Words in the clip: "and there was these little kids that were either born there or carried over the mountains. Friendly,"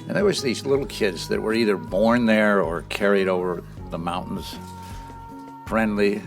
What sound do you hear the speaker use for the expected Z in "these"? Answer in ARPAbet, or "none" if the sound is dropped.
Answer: Z